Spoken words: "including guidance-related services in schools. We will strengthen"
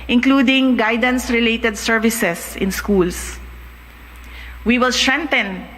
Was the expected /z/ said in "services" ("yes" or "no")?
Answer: no